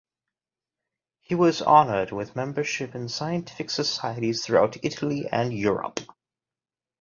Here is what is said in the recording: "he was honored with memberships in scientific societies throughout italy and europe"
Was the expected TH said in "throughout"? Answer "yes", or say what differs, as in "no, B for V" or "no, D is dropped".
yes